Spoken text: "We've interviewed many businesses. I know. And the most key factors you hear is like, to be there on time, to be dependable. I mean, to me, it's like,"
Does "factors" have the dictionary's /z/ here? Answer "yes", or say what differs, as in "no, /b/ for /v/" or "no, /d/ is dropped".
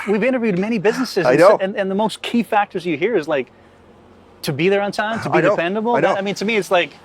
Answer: yes